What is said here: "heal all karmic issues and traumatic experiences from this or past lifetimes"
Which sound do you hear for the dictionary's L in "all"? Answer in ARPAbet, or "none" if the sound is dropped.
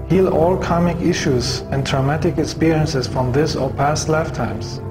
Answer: L